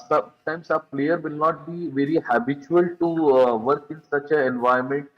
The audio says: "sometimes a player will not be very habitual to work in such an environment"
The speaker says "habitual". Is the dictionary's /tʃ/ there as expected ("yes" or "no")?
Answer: yes